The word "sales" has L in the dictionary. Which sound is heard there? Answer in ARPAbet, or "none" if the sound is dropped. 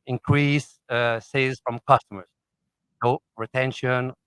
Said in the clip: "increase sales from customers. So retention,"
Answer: none